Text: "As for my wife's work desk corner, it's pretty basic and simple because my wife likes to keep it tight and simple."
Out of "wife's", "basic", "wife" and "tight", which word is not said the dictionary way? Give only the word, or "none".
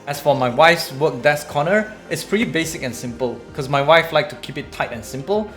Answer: none